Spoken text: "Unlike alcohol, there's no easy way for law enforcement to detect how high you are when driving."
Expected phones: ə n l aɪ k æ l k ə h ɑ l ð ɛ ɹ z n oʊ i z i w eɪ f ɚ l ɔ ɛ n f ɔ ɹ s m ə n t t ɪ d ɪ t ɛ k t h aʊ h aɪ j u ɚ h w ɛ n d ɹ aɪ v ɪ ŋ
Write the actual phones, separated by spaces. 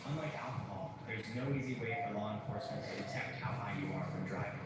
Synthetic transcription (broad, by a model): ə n l aɪ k æ l k ə h ɑ l ð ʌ ɹ z n oʊ i z i w eɪ f ɚ l ɔ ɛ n f ɔ ɹ s m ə n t t ɪ d ɪ t ɛ k t h aʊ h aɪ j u ɚ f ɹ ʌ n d ɹ aɪ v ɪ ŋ